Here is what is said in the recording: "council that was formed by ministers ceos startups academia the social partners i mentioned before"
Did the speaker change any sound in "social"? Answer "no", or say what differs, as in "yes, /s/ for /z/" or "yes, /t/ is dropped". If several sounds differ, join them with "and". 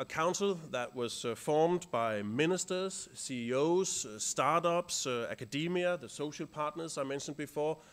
no